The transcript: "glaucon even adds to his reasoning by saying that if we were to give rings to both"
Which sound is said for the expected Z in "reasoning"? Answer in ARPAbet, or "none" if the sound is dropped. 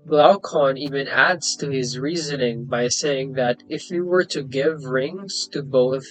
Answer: Z